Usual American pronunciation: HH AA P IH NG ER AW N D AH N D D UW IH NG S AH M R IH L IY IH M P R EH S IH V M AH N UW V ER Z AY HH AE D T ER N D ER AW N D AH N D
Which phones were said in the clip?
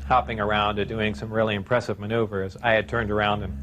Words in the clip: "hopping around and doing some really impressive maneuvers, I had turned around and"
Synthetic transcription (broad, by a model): HH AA P IH NG ER AW N D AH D D UW IH NG S AH M R IH L IY IH M P R EH S IH V M AH N UW V ER Z AY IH D T ER N D ER AW N D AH N